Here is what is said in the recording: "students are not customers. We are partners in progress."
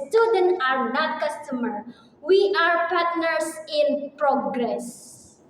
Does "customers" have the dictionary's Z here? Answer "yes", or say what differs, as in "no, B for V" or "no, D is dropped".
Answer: no, Z is dropped